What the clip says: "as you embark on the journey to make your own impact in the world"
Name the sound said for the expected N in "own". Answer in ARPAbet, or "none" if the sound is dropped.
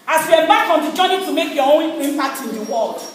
L